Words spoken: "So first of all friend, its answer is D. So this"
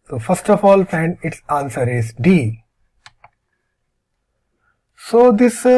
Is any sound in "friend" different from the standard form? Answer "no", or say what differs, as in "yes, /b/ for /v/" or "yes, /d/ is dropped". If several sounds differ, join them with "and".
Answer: yes, /ɹ/ is dropped